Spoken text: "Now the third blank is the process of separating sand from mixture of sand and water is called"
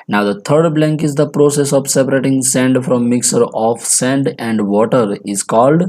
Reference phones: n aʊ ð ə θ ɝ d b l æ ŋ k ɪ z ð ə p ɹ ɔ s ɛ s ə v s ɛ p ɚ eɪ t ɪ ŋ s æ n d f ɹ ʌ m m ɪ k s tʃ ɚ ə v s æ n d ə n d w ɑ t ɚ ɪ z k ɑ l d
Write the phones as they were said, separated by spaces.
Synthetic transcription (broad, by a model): n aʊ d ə t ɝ d b l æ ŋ k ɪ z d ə p ɹ ɔ s ɛ s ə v s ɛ p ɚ eɪ t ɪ ŋ s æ n d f ɹ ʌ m m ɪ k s ɚ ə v s æ n d ə n d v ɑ t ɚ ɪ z k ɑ l d